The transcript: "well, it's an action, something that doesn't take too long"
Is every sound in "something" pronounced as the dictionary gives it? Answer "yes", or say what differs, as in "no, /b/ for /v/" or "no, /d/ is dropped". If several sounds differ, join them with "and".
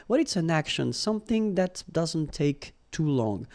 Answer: yes